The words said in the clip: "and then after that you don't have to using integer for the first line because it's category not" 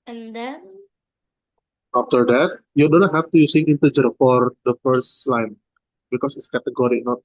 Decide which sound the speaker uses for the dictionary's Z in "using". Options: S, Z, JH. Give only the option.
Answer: S